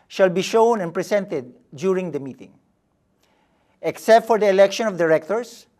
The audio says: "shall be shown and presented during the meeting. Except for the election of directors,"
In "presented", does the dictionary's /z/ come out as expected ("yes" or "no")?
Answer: no